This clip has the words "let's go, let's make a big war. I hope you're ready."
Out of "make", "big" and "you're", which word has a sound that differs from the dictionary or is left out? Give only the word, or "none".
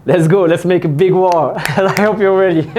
you're